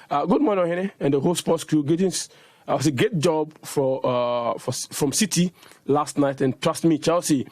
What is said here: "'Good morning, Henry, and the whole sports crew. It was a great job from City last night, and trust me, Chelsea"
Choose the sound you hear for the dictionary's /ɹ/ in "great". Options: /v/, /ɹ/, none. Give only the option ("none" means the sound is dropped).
none